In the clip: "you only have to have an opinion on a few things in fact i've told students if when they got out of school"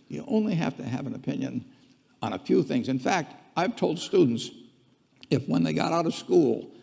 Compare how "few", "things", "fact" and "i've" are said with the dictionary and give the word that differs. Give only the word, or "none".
none